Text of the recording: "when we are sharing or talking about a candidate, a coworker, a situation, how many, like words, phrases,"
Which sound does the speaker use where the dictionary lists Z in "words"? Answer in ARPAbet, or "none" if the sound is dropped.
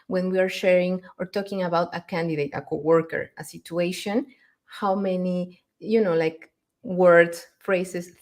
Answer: none